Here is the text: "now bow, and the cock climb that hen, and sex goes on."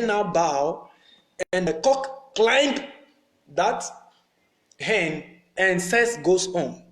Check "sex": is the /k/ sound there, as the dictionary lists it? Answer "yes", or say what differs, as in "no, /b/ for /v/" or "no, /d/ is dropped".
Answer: no, /k/ is dropped